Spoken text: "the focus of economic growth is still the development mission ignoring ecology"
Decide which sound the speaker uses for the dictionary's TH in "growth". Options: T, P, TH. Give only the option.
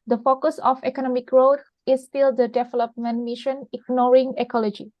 T